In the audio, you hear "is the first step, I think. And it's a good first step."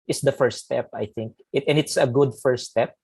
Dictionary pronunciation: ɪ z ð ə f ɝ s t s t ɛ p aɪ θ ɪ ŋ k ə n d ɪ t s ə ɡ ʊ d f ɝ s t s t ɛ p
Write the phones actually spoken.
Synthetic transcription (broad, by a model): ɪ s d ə f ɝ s s t ɛ p aɪ θ ɪ ŋ k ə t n ɪ t s ə ɡ ʊ d f ɝ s s t ɛ p